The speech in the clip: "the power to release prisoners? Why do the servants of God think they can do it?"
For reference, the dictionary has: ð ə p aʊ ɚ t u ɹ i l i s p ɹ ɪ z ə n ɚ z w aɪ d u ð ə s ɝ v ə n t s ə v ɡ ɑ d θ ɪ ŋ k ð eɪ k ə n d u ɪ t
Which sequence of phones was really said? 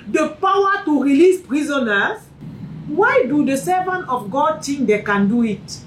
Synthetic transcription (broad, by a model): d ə p aʊ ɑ t u ɹ i l i s p ɹ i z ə n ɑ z w aɪ d u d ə s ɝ v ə n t ə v ɡ ɑ d t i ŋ k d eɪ k ə n d u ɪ t